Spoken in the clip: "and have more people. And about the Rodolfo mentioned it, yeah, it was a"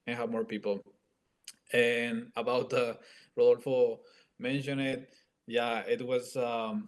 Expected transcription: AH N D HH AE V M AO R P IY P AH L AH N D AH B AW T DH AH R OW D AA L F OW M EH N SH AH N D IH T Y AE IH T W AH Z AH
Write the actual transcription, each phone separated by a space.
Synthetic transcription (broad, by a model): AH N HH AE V M AO R P IY P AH L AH N AH B AW T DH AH R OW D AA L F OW M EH N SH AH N IH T Y AE IH T W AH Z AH